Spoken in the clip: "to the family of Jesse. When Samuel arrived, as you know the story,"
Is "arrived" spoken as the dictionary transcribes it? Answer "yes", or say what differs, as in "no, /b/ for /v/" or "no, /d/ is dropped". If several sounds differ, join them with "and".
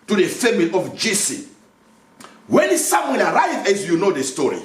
no, /d/ is dropped